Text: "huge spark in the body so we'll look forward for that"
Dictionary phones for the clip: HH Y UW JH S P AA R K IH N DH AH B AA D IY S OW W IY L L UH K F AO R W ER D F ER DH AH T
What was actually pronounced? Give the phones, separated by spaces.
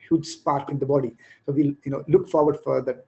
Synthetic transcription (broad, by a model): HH Y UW JH S P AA R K IH N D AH B AA D IY S OW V IY N L UH K F AO R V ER D F ER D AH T